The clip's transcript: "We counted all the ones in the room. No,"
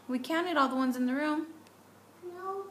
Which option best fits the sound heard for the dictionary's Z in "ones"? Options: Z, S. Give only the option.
Z